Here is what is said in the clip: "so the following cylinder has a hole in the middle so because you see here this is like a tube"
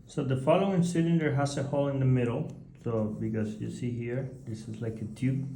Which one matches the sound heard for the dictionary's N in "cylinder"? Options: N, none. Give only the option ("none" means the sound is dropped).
none